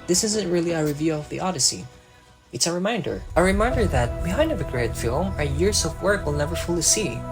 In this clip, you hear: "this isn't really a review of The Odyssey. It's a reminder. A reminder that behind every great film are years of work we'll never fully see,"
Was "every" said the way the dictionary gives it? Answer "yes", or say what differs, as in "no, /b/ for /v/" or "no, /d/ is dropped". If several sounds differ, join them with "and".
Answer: no, /ɹ/ is dropped